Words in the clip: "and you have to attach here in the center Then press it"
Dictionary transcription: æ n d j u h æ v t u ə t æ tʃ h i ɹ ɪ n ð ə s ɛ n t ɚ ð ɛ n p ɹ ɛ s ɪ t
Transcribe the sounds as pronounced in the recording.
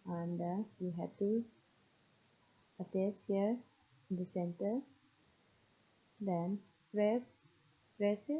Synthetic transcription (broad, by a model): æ n d j u h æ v t u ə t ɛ s h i ɹ ɪ n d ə s ɛ n t ɚ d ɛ n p ɹ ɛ s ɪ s